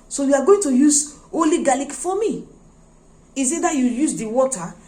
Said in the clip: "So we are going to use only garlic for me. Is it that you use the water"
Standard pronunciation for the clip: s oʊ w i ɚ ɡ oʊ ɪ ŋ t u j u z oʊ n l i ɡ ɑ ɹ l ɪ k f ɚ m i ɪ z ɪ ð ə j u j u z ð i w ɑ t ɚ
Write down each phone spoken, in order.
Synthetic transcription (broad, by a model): s oʊ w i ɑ ɡ oʊ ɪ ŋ t u j u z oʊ l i ɡ ɑ l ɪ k f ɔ m i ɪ s ɪ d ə j u j u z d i w ɑ t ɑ